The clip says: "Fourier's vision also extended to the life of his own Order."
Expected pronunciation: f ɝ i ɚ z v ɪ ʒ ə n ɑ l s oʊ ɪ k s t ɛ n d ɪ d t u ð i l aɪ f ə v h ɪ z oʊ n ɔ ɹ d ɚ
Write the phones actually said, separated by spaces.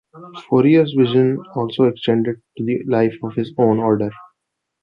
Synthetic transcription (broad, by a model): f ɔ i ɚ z v ɪ ʒ ə n ɑ l s oʊ ɪ k s t ɛ n d ɪ d t u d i l aɪ f ə v h ɪ z oʊ n ɔ ɹ d ɚ